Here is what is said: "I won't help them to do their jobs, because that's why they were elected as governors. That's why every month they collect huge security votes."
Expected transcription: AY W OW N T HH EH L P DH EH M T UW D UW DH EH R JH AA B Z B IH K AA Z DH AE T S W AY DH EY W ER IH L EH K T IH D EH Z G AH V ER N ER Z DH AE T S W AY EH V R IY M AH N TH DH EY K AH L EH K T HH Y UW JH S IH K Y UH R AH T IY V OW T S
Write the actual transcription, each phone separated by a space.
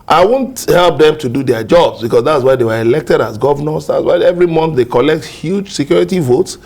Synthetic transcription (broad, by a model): AY W OW N T HH EH L P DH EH M T UW D UW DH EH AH JH AA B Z B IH K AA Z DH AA T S W AY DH EY W ER IH L EH K T IH D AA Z G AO V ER N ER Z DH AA T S W AY EH V R IY M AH N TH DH EY K AH L EH K T HH Y UW JH S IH K Y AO R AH T IY V OW T S